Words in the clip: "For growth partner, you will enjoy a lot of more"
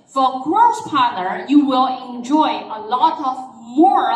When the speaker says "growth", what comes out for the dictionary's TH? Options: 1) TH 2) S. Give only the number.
2